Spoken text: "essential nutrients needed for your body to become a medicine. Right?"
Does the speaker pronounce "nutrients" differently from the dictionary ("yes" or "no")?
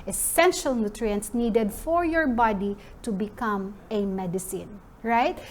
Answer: no